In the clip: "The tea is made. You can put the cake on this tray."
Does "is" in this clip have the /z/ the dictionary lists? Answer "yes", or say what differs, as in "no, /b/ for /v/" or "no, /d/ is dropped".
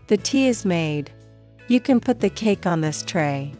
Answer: yes